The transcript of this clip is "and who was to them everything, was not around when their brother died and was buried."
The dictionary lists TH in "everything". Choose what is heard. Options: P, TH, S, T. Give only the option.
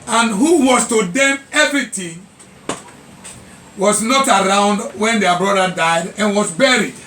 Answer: T